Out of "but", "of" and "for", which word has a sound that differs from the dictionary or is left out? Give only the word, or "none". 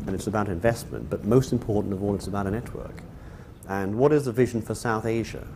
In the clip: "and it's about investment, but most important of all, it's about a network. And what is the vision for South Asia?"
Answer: none